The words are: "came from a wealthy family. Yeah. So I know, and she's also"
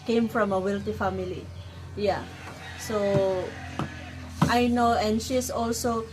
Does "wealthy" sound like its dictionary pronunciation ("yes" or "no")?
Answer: no